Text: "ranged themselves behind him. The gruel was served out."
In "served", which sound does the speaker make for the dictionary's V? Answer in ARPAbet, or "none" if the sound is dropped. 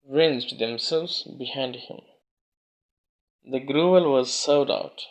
none